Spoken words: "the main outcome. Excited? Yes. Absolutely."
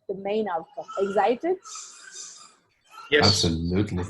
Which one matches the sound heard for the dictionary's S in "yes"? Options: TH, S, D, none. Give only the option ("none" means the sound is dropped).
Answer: none